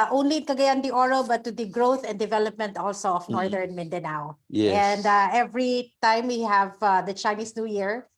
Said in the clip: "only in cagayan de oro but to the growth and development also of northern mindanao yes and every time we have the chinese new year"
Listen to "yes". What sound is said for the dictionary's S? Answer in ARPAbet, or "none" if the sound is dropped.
none